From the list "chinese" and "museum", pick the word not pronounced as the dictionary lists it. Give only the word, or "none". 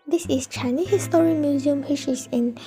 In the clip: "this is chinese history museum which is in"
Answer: chinese